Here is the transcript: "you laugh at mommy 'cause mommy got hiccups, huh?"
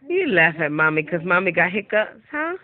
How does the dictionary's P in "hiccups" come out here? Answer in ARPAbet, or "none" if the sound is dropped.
none